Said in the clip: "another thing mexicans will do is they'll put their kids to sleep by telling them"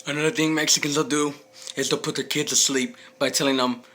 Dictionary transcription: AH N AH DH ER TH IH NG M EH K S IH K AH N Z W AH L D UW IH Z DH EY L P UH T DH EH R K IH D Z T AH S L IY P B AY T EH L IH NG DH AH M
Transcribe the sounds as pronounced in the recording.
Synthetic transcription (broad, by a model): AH N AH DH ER TH IH NG M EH K S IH K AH N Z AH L D UW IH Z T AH P UH T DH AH K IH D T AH S L IY P B AY T EH L IH NG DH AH M